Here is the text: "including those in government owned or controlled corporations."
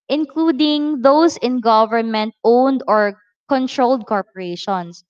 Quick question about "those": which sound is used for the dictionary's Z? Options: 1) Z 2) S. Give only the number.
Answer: 2